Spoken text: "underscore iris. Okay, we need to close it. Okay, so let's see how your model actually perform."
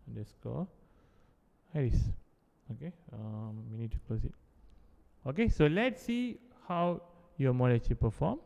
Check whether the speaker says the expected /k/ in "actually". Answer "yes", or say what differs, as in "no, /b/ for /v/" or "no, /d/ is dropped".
no, /k/ is dropped